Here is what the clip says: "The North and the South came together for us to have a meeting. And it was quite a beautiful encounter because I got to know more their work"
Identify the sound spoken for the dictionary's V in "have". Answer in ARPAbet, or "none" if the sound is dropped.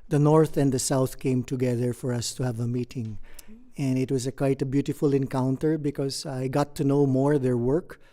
V